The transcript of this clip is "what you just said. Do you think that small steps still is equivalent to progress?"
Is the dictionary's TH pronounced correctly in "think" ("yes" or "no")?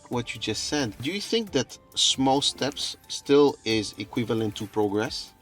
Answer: yes